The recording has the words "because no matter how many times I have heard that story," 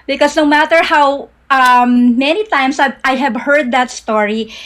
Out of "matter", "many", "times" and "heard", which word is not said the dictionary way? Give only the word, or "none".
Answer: times